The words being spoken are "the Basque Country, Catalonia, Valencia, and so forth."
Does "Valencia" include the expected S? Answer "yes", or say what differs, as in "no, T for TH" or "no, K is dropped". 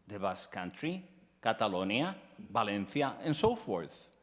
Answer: no, TH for S